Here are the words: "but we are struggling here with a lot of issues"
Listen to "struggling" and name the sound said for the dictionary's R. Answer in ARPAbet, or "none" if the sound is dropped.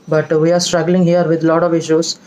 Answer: R